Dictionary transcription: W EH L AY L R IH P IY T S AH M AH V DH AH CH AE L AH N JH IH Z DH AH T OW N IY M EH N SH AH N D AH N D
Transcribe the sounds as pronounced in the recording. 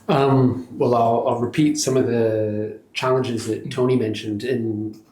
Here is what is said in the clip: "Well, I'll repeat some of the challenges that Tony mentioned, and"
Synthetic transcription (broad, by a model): W EH L AY L R IH P IY T S AH M AH V DH AH CH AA L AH N JH IH Z DH AH T OW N IY M EH N SH AH N D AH N